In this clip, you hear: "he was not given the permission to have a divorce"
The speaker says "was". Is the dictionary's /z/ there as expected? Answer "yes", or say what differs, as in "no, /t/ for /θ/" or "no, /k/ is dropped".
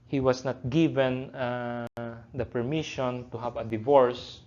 no, /s/ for /z/